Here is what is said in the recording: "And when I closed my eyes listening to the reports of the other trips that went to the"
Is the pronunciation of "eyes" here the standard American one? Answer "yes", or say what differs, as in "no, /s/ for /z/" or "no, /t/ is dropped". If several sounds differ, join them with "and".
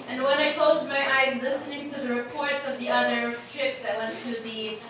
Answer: yes